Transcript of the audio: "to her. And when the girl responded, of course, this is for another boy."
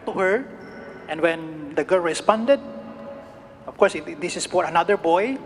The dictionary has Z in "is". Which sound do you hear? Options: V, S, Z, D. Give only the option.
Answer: S